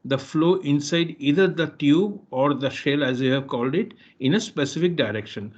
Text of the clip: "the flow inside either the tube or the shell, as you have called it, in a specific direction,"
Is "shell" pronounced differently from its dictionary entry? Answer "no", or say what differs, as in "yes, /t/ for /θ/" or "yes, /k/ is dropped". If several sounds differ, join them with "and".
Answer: no